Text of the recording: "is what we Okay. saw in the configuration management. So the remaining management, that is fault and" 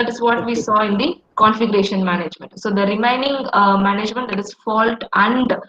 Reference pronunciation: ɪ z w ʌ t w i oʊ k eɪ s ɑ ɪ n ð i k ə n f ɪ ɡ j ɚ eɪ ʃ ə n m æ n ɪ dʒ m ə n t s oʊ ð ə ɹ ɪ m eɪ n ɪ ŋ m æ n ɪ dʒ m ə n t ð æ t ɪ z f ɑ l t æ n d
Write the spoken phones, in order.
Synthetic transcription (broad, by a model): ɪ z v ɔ t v i s ɑ ɪ n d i k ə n f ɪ ɡ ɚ eɪ ʃ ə n m æ n ɪ dʒ m ə n t s oʊ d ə ɹ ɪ m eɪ n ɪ ŋ m æ n ɪ dʒ m ə n t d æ t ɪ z f ɑ l t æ n d